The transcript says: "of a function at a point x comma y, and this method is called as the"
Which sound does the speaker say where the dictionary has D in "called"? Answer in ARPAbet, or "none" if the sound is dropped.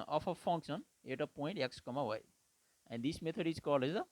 none